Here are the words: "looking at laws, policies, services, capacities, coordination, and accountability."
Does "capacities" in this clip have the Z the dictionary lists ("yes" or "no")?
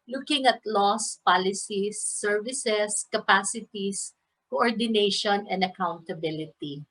no